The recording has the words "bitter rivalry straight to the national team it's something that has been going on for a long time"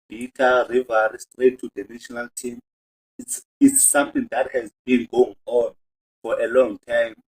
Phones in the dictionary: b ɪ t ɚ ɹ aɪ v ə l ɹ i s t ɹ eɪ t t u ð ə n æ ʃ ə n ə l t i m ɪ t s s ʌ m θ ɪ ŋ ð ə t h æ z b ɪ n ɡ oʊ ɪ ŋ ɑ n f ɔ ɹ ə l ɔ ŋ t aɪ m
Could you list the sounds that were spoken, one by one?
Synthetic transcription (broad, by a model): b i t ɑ ɹ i v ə ɹ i s t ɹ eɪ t t u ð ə n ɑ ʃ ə n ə l t i m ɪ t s s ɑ m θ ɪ ŋ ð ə t h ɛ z b ɪ n ɡ oʊ ɪ ŋ ɑ n f ɔ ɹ ə l ɔ ŋ t aɪ m